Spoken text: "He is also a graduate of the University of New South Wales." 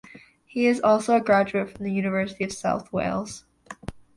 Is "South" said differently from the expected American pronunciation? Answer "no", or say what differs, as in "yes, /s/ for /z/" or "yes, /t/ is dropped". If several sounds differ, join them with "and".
no